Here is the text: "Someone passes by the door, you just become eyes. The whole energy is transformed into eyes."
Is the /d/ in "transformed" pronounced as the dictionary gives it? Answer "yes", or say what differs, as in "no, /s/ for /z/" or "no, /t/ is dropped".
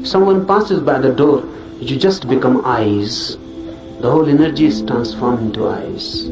no, /d/ is dropped